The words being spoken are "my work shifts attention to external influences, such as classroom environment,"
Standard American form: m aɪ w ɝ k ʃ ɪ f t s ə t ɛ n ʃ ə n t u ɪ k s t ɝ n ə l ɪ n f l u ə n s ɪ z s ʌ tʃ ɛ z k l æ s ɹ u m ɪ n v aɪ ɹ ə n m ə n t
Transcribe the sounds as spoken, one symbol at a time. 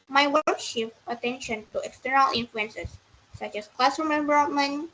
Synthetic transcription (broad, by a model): m aɪ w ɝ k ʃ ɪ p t ə t ɛ n ʃ ə n t u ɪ k s t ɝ n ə l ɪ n f l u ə n s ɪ s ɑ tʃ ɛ s k l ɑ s u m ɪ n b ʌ ɹ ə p m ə n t